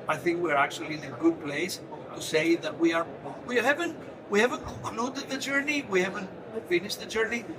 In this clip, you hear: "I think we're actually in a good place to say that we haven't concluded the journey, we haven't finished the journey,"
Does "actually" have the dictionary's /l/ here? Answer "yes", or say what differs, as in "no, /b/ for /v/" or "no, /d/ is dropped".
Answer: yes